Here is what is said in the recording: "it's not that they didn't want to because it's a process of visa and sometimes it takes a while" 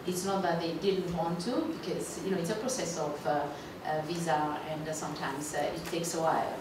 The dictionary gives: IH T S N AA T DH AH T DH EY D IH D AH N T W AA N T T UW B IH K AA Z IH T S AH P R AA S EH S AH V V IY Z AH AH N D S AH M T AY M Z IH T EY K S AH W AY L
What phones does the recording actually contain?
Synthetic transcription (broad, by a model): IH T S N AA T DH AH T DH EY D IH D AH N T W AA N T T UW B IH K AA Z IH T S AH P R AA S EH S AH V V IY Z AH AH N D S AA M T AY M S IH T EY K S AH W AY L